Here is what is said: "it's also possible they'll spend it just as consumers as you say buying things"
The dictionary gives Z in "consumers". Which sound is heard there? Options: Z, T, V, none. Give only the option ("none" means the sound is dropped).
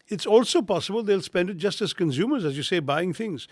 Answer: Z